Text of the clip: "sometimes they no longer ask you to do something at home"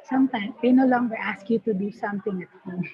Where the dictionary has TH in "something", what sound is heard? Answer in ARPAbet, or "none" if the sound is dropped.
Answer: T